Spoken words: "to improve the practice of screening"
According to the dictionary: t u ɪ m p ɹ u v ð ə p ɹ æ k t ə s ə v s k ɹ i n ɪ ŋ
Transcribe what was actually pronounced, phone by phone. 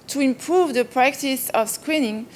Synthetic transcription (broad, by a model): t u ɪ m p ɹ u v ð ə p ɹ æ k t ə s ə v s k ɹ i n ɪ ŋ